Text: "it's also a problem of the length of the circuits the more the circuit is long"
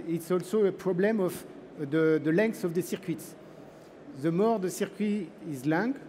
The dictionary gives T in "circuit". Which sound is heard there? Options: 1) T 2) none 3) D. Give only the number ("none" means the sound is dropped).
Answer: 2